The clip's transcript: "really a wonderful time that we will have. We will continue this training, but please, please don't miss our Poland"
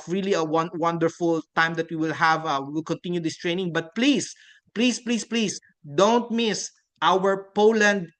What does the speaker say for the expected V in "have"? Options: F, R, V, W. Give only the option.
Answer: V